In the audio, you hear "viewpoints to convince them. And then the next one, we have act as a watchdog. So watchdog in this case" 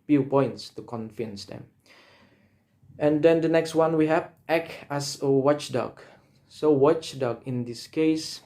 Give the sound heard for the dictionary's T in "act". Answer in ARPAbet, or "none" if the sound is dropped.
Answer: none